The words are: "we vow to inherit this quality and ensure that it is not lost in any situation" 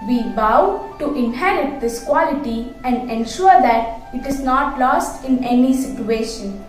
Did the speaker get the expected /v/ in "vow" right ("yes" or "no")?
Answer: no